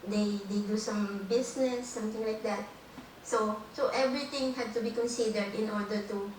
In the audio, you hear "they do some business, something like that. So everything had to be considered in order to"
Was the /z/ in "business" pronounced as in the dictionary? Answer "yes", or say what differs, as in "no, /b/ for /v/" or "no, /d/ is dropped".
no, /s/ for /z/